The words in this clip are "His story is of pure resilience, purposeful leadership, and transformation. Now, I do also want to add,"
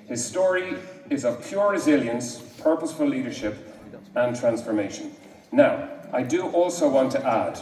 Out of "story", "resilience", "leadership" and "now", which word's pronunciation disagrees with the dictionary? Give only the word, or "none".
none